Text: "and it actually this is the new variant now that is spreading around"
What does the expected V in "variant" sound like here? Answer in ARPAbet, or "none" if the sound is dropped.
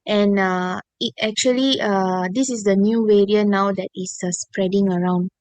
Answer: W